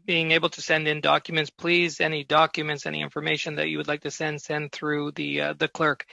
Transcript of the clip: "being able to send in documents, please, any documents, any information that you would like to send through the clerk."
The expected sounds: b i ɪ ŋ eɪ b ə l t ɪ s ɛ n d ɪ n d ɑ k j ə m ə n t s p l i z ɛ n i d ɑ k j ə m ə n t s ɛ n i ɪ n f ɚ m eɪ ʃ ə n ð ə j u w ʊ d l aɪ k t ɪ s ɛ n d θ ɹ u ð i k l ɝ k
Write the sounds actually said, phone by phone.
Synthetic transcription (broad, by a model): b i ɪ ŋ eɪ b l t ɪ s ɛ n d ɪ n d ɑ k j ə m ə n t s p l i z ɛ n i d ɑ k j ə m ə n t s ɛ n i ɪ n f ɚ m eɪ ʃ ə n ð ə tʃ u w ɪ d l aɪ k t ɪ s ɛ n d θ ɹ u ð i k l ɝ k